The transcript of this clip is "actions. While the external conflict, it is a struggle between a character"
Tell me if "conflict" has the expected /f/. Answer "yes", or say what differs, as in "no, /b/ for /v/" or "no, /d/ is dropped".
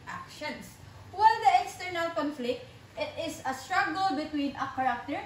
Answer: yes